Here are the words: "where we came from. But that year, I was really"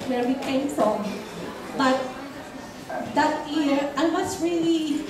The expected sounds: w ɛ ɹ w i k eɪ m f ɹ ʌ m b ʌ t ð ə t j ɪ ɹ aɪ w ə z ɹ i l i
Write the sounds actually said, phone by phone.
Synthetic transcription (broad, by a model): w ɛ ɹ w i k eɪ m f ɹ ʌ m b ʌ t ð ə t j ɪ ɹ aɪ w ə s ɹ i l i